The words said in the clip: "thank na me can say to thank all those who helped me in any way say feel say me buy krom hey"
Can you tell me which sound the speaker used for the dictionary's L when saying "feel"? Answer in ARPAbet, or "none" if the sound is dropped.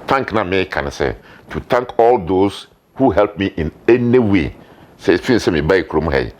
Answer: N